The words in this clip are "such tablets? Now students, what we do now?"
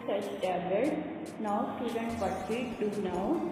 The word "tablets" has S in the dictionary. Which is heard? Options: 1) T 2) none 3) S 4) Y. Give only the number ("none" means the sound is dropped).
2